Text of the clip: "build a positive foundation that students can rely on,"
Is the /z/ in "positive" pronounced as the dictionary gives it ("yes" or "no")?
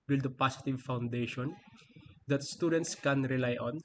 no